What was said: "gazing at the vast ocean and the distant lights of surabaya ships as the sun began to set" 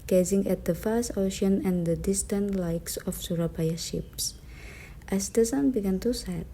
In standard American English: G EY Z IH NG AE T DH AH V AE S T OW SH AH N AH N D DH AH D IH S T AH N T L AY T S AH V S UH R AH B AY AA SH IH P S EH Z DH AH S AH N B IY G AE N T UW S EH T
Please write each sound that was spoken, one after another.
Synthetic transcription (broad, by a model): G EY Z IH NG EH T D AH F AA S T OW SH AH N AH N D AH D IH S T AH N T L AY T S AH F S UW R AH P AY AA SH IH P S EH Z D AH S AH N B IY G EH N T UW S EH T